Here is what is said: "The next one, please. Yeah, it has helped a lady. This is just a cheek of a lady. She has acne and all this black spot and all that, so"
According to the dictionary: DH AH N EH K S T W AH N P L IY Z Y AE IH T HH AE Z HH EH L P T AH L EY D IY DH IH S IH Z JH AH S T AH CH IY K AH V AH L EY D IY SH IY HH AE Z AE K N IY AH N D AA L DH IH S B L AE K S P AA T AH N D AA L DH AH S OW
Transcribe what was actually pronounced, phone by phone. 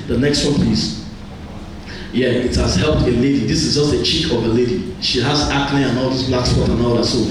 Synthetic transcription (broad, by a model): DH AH N EH K S T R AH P IY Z Y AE IH T HH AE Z HH EH L P T AH L EY D IY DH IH S IH Z JH AH S T AH CH IY K AH V AH L EY D IY SH IY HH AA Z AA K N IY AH N AA L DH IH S B L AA K S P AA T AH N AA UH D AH S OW